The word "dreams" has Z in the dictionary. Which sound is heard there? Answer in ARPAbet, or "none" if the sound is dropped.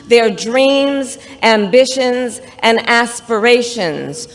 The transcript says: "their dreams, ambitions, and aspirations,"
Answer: Z